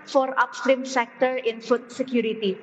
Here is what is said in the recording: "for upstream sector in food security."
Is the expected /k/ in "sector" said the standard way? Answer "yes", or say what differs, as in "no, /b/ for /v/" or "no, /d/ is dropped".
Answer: yes